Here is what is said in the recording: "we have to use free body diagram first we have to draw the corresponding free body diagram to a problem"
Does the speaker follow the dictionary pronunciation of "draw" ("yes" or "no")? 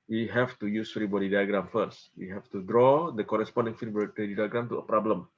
yes